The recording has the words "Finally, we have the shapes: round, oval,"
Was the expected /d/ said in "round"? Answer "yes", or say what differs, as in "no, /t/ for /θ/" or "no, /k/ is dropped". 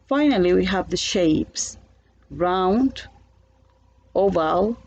yes